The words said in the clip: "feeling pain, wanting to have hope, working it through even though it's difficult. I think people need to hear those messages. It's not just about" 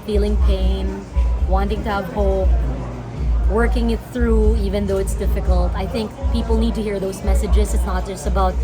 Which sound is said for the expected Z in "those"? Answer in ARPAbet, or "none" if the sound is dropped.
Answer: Z